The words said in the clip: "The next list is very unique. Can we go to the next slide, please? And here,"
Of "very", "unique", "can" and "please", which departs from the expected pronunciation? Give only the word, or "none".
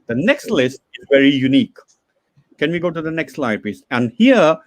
please